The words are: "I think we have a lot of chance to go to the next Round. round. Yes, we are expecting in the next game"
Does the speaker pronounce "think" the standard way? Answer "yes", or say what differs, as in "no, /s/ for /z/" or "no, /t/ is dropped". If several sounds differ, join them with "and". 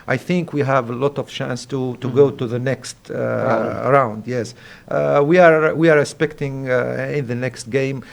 yes